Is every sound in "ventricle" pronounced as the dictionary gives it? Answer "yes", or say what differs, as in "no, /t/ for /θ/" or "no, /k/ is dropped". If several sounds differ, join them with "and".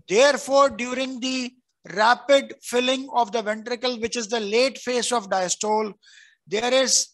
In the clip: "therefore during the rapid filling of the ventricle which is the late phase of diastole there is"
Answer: yes